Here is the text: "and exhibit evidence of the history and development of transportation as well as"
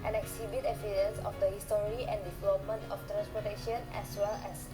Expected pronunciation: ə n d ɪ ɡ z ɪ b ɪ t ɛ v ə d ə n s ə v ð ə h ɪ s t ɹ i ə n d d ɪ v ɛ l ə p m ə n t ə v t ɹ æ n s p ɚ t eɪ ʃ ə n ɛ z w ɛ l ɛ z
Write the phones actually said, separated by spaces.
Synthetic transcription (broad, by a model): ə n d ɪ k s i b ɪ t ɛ f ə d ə n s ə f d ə h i s t ɹ i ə n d d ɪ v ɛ l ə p m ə n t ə f t ɹ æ n s p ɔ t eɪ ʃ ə n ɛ s w ɛ l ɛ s